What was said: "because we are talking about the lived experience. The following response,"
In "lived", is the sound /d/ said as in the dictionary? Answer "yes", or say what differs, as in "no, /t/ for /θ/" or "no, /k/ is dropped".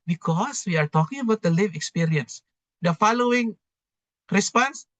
no, /d/ is dropped